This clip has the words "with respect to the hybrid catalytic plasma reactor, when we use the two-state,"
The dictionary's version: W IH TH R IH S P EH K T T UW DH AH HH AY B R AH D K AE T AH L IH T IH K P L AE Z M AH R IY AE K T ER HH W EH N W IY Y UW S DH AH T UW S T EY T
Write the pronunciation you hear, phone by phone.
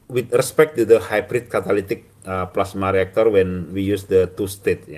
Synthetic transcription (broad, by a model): W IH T R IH S P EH K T T UW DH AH HH AY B R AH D K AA T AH L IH T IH K P L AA S M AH R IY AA K T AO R W EH N W IY Y UW S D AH T UW S T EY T